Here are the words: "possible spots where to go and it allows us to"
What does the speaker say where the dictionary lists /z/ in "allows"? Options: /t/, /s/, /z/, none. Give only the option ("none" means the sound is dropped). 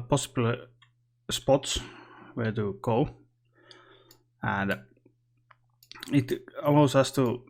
/s/